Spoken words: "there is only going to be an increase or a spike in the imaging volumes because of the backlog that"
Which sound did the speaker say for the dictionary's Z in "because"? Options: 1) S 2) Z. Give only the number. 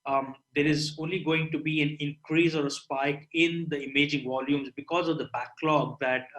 2